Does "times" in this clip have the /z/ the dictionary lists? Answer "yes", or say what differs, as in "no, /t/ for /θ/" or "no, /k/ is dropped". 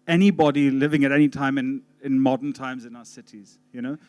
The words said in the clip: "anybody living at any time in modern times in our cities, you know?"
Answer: yes